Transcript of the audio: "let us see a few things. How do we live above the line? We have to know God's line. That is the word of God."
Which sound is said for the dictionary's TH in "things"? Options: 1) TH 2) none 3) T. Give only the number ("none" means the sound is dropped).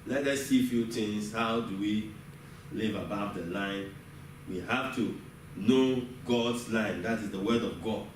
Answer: 3